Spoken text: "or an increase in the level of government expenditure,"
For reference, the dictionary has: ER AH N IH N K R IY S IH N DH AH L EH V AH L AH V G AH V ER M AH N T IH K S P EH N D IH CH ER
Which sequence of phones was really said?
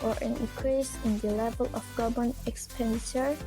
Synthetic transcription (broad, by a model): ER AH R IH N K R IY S IH N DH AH L EH V AH L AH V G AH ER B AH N IH K S P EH N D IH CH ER